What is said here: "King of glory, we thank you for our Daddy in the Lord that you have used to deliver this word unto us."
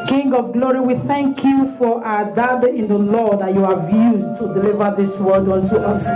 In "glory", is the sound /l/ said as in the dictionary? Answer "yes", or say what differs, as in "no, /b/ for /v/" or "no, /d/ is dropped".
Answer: yes